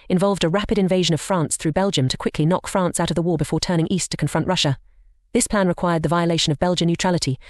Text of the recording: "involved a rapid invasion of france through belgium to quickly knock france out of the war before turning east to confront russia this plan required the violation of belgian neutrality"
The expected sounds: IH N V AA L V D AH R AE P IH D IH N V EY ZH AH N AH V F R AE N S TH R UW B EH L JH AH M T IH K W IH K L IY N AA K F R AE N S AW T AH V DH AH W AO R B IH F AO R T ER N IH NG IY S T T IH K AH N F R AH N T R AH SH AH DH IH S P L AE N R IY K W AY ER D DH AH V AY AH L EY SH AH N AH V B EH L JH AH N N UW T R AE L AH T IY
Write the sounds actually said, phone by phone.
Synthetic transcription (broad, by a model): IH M V AA L V D AH R AE P IH D IH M V EY ZH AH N AH V F R AE N S TH R UW B EH L JH AH M T IH K W IH K L IY N AA K F R AE N S AW T AH V DH AH W AO R B IH F AO R T ER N IH NG IY S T T IH K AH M F R AH N T R AH SH AH DH IH S P L AE N R IY K W AY ER D DH AH V AY AH L EY SH AH N AH V B EH L JH AH N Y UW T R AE L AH T IY